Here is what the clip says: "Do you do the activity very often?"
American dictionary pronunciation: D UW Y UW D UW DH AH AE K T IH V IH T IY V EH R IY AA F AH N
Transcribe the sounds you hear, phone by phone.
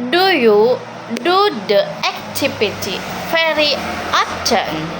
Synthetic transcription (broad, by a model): D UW Y UW D UW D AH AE K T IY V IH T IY F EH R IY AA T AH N